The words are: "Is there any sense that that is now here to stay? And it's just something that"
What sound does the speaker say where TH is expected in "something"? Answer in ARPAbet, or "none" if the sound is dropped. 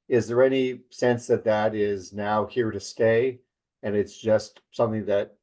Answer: TH